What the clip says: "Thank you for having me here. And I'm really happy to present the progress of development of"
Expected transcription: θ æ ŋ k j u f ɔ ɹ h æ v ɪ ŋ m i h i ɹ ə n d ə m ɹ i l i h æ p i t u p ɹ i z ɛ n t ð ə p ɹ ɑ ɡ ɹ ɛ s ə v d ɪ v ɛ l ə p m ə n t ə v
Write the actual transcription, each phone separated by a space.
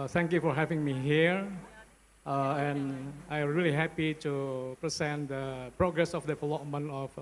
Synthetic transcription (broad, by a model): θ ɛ ŋ k j u f ɔ ɹ h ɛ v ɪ ŋ m i h i ɹ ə n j ə m ɹ i l i h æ p i t u p ɹ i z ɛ n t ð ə p ɹ ɑ ɡ ɹ ɛ s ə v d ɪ f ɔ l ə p m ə n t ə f